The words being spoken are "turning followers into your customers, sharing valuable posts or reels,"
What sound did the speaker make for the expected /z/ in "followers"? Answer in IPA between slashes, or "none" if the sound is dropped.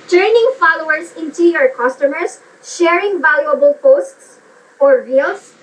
/s/